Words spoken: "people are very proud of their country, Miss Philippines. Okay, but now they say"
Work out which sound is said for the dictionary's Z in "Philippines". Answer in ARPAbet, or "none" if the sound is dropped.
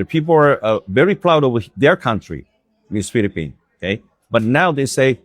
none